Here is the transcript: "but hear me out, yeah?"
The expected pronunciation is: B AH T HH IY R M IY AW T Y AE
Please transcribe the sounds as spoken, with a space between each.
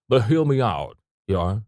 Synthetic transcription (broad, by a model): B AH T HH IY L M IY AW T Y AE